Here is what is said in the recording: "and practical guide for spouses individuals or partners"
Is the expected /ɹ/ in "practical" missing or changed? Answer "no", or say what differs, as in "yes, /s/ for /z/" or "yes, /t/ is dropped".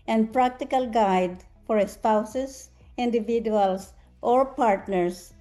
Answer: no